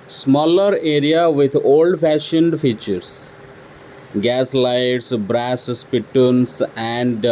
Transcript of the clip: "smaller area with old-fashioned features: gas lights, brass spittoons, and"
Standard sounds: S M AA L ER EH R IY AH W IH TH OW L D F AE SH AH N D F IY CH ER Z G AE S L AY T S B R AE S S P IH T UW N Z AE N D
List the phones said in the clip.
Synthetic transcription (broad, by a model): S M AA L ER EH R IY AH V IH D OW L D F AE SH AH N D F IY CH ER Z G AE S L AY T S B R AE S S P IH T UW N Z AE N D